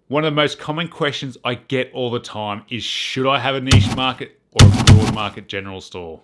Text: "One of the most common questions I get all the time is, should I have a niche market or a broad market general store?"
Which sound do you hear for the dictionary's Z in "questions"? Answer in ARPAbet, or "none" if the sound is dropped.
Z